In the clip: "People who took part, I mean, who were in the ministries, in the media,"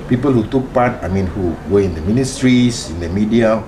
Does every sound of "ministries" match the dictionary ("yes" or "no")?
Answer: no